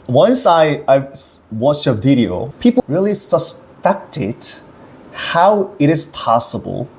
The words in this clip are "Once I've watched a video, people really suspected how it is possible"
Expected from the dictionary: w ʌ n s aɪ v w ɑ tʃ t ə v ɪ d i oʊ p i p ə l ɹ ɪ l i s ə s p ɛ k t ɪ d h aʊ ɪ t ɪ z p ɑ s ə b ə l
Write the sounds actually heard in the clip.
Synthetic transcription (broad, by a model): w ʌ n s aɪ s w ɑ tʃ t ə v ɪ d i oʊ p i p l ɹ ɪ l i s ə s p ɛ k t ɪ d h aʊ ɪ t ɪ z p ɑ s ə b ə l